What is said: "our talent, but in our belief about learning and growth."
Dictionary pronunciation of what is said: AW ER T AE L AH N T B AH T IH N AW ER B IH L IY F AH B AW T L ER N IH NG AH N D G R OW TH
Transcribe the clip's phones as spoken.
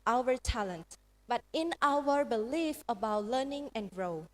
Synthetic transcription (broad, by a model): AW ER T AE L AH N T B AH T IH N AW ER B IH L IY F AH B AW T L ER N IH NG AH N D R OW